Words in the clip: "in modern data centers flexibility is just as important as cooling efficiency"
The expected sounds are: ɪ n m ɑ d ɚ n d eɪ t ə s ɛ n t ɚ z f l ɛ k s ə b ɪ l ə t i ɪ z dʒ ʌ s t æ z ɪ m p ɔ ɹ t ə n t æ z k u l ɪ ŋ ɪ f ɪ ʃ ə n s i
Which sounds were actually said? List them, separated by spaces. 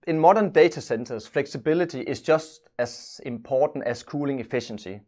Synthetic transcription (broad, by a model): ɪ n m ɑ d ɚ n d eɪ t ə s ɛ n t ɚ s f l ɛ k s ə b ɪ l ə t i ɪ s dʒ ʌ s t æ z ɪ m p ɔ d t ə n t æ s k u l ɪ ŋ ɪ f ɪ ʃ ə n s i